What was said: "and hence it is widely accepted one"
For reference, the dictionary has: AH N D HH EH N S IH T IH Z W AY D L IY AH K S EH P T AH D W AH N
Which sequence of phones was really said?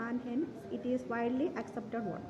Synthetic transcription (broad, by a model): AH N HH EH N IH T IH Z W AY D L IY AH K S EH P T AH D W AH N